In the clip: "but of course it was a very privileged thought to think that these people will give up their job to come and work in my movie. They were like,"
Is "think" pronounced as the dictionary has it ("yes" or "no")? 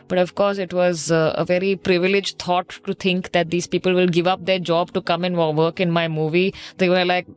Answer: no